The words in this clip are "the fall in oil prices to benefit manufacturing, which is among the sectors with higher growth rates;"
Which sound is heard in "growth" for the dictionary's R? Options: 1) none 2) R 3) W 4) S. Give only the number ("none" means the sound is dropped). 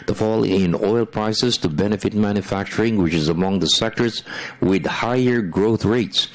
2